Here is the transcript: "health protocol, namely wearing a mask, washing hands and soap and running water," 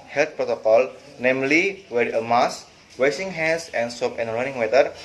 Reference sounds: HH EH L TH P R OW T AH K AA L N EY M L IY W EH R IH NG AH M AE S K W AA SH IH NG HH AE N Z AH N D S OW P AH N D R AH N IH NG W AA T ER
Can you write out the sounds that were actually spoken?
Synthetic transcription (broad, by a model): HH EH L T P R OW T AH K AA L N EY M L IY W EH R AH M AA S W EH S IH NG HH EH N S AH N S OW P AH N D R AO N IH NG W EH T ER